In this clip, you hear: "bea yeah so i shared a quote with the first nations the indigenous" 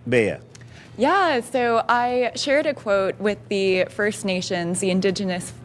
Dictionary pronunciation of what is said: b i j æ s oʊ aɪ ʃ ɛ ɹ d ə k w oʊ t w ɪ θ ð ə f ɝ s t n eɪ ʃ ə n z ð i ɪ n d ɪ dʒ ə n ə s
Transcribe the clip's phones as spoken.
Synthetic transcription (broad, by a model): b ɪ j æ s oʊ aɪ ʃ ɛ ɹ d ə k w oʊ t w ɪ ð ə f ɝ s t n eɪ ʃ ə n z ð i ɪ n d ɪ dʒ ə n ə s